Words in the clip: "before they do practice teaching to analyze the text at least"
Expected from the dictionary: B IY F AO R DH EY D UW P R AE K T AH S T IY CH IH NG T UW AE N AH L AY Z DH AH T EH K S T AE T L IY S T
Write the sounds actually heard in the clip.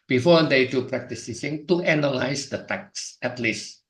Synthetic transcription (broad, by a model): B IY F AO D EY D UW P R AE K T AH S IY S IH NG T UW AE N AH L AY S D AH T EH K S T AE T L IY S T